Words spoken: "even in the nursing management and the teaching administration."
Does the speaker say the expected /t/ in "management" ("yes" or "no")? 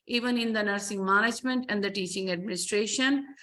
yes